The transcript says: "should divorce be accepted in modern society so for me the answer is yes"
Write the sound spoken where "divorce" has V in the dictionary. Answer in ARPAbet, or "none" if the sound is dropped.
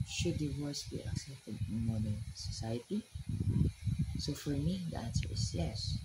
W